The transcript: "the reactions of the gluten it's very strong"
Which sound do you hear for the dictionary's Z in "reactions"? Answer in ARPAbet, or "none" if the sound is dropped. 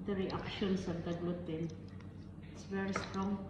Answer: S